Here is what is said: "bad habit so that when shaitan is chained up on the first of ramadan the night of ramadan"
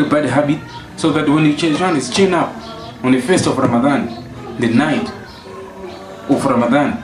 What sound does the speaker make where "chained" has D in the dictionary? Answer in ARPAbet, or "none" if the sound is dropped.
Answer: none